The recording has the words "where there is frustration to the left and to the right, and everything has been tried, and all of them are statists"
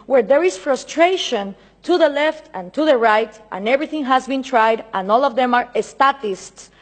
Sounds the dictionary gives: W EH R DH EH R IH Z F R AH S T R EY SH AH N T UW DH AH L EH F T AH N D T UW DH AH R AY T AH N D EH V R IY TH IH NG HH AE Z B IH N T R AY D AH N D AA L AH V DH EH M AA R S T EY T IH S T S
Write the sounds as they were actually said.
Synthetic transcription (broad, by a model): W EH R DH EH R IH S F R AH S T R EY SH AH N T UW DH AH L EH F T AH N T UW DH AH R AY T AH N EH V R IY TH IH NG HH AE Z B IH N T R AY D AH N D AA L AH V DH EH M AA R S T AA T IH S T S